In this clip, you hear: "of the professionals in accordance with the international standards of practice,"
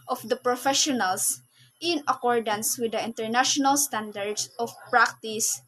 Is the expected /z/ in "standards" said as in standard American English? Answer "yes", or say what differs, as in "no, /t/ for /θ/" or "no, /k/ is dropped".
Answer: no, /s/ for /z/